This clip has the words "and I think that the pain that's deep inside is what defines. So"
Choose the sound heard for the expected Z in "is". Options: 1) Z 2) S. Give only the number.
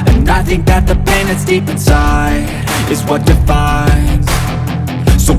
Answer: 1